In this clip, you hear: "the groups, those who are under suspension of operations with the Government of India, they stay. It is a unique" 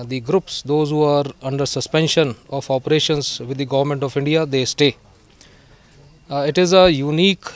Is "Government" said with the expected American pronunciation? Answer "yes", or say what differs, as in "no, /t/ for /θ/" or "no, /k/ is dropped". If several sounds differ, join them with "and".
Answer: yes